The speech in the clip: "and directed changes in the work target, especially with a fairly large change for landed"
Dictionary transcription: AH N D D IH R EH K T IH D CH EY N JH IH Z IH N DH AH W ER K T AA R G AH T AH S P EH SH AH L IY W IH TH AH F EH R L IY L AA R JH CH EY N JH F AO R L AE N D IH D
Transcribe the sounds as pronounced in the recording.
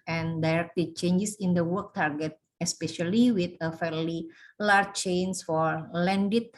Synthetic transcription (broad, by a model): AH N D D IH R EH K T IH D CH EY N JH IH S IH N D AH W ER K T AA R G AH T AH S P EH SH AH L IY W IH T AH F EH R L IY L AA R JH CH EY N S F AO R L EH N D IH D